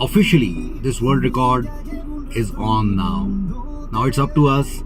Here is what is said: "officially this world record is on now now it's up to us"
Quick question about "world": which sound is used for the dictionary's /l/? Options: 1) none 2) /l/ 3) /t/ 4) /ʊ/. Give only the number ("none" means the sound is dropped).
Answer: 1